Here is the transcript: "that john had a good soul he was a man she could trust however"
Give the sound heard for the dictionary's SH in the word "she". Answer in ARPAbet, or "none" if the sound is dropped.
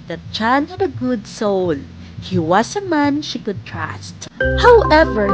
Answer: SH